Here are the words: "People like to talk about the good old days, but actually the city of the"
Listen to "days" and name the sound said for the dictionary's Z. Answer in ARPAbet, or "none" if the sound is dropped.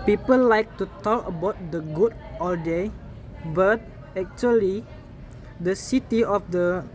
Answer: none